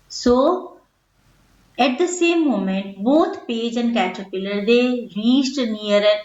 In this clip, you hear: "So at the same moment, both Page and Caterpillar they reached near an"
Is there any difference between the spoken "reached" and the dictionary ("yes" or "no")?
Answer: yes